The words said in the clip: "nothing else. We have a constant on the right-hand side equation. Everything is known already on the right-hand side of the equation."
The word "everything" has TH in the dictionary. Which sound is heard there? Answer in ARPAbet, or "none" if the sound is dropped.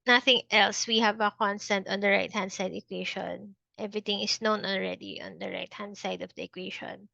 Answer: T